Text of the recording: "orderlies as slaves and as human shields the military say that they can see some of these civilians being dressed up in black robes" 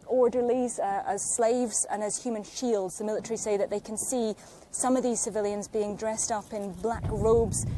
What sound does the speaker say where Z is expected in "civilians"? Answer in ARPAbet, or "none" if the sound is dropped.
Z